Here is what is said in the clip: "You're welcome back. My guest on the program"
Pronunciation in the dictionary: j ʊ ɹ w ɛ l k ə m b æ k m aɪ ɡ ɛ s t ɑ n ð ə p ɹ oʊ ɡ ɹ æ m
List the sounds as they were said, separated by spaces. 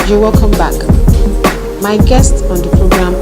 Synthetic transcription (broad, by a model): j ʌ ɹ w ɛ l k ə m b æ k m aɪ ɡ ɛ s t ɑ n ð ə p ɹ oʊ ɡ ɹ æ m